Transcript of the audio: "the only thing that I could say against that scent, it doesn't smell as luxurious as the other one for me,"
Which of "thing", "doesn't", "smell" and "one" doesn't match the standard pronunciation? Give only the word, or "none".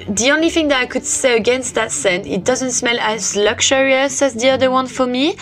none